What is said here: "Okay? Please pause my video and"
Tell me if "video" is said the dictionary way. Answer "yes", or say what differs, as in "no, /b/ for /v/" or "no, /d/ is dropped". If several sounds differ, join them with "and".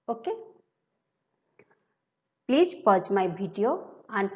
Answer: no, /b/ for /v/